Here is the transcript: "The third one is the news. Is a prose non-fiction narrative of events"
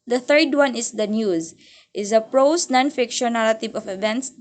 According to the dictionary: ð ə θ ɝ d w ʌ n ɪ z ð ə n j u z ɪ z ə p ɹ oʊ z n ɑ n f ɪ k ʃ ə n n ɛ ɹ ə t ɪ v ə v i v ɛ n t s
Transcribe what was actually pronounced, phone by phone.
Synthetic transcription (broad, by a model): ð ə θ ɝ d w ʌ n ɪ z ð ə n j u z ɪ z ə p ɹ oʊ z n ɑ n f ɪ k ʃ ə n n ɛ l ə t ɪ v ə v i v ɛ n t s